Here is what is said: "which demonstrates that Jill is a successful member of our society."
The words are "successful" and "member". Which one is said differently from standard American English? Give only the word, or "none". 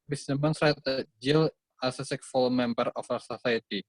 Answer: successful